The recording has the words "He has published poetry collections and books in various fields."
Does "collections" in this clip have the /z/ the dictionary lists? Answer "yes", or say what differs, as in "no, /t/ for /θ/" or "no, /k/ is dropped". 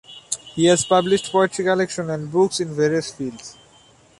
no, /z/ is dropped